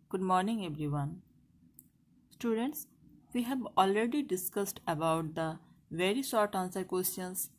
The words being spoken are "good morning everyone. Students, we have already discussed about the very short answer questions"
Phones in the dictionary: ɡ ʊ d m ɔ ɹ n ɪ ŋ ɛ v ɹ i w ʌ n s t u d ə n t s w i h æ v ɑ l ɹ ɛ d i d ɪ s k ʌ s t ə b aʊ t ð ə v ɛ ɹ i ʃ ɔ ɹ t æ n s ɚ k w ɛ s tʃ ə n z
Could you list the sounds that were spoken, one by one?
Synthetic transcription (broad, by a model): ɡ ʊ d m ɔ ɹ n ɪ ŋ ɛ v ɹ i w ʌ n s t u d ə n t s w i h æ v ɑ l ɹ ɛ d i d ɪ s k ʌ s t ə b aʊ t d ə v ɛ ɹ i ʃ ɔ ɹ t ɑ n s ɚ k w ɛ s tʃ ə n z